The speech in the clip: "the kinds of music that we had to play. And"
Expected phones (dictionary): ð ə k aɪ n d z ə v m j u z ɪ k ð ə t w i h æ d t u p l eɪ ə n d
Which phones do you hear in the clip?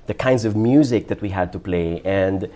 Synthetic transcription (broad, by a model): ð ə k aɪ n d z ə v m j u z ɪ k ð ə t w i h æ d t u p l eɪ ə n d